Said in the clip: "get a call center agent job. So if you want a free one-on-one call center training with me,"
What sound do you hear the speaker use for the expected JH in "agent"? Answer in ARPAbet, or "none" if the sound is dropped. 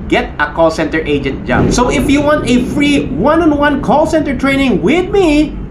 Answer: JH